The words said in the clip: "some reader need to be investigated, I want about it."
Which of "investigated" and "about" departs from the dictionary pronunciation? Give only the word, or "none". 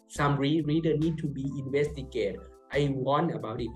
investigated